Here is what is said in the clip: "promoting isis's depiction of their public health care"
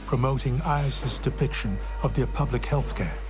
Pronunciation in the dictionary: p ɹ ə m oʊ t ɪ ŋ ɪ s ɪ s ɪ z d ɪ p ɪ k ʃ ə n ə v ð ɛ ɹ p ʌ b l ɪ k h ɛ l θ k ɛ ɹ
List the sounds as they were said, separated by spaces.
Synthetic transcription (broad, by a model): p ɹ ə m oʊ t ɪ ŋ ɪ ɪ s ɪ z d ɪ p ɪ k ʃ ə n ə v ð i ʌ p ʌ b l ɪ k h ɛ l θ k ɛ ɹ